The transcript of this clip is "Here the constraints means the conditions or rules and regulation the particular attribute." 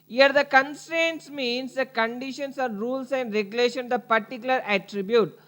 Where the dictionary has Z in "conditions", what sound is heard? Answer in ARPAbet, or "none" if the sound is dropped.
S